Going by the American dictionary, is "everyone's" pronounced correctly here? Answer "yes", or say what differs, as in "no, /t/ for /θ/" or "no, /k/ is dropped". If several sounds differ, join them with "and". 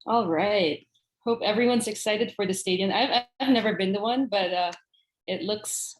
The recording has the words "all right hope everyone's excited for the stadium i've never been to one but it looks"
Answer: yes